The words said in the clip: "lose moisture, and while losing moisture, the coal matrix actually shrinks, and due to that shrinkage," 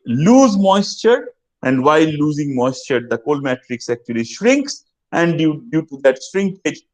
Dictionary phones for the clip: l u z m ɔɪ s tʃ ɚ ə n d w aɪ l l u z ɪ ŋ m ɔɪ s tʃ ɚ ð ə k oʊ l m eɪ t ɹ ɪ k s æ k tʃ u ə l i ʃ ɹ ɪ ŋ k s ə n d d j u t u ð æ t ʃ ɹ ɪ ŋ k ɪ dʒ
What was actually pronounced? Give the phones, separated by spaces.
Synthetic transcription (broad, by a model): l u z m ɔɪ s tʃ ɚ ə n d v aɪ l l u z ɪ ŋ m ɔɪ s tʃ ɚ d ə k oʊ l m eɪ t ɹ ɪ k s æ k tʃ u ə l i ʃ ɹ ɪ ŋ k s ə n d d j u t u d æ t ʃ ɹ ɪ ŋ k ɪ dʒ